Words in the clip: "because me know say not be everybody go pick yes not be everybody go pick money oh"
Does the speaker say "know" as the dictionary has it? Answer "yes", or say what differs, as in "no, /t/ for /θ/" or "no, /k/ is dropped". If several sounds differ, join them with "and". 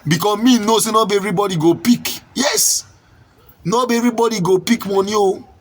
yes